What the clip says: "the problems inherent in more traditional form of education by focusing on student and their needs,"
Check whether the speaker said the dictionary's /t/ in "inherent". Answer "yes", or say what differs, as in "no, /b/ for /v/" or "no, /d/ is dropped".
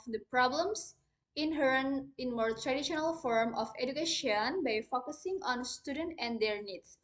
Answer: no, /t/ is dropped